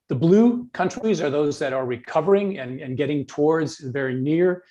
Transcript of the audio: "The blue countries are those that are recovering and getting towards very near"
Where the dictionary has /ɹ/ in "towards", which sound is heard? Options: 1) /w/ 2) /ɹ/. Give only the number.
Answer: 2